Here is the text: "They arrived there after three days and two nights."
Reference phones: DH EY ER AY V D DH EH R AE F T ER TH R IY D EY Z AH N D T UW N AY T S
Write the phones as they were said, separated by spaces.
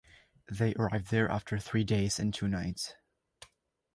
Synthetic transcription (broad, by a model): DH EY ER AY V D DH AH R AE F T ER TH R IY D EY Z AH N T UW N AY T S